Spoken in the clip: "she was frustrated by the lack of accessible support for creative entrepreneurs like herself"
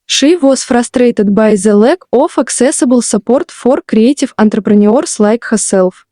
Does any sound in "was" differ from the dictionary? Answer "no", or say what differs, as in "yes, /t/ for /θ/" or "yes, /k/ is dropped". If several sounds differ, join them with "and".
yes, /s/ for /z/